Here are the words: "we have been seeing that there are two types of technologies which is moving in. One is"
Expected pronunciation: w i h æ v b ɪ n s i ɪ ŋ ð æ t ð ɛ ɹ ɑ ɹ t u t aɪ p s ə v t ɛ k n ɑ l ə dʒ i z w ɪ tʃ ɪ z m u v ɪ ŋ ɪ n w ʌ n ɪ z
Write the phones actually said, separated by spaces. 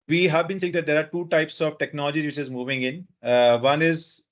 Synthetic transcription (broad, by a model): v i h æ v b ɪ n s i ɪ ŋ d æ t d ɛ ɹ ɑ ɹ t u t aɪ p s ə v t ɛ k n ɑ l ə dʒ i z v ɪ tʃ ɪ z m u v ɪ ŋ ɪ n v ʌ n ɪ z